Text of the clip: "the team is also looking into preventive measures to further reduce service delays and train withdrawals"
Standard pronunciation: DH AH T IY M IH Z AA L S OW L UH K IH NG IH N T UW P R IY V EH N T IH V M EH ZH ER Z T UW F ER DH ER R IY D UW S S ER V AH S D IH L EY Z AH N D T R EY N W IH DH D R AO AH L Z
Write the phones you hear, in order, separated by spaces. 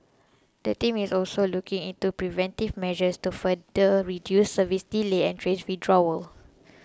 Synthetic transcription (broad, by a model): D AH T IY M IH S AA L S OW L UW K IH NG IH N T UW P R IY V EH N T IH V M EH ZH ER S T UW F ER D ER R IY D UW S S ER V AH S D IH L EY AH N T R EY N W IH D R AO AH L